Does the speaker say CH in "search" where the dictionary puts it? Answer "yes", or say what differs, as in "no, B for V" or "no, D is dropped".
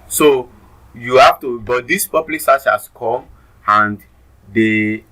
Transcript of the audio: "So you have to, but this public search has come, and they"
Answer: no, S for CH